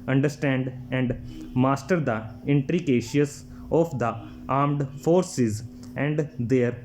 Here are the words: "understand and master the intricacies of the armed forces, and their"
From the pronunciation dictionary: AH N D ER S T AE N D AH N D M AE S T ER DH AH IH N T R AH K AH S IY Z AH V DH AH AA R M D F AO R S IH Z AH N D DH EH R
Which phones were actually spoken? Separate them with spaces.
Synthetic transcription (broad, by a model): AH N D ER S T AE N D AH N D M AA S T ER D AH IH N T R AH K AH SH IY S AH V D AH AA R M D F AO R S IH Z AH N D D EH R